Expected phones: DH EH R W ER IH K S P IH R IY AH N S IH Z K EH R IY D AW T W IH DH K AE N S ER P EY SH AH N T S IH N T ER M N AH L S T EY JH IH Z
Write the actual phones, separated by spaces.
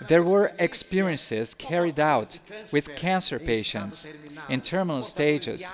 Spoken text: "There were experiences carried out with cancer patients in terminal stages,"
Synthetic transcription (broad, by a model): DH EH R W ER IH K S P IH R IY AH N S IH Z K EH R IY D AW T W IH DH K AE N S ER P EY SH AH N T S IH N T ER M N AH L S T EY JH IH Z